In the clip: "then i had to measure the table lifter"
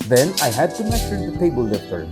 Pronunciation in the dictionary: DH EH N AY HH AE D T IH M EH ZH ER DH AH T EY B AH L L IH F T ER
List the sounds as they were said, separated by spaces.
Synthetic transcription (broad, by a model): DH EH N AY HH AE D T IH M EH S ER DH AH T EY B AH L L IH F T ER